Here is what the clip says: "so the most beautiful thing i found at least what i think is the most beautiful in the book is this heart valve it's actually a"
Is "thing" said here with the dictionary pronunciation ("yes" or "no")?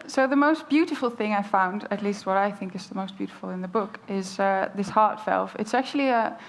yes